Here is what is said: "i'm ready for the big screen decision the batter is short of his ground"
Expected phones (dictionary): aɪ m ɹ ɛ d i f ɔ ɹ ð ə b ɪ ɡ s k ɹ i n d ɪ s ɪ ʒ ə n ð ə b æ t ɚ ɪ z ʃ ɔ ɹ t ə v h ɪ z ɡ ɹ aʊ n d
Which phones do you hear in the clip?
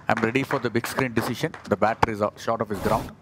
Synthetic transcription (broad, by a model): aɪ m ɹ ɛ d i f ɔ ɹ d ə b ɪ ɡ s k ɹ i n d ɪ s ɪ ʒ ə n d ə b æ t ɚ ɪ z ʃ ɔ ɹ t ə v h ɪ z ɡ ɹ aʊ n d